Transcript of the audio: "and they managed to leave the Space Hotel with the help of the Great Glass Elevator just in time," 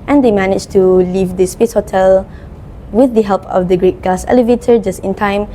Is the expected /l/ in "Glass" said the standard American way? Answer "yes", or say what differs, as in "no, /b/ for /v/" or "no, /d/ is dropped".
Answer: no, /l/ is dropped